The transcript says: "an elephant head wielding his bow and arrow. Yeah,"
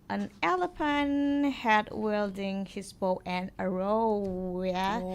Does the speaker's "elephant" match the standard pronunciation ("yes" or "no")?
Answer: no